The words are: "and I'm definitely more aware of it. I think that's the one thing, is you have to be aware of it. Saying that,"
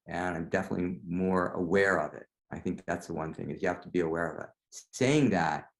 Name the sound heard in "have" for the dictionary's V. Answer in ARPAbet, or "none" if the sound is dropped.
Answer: F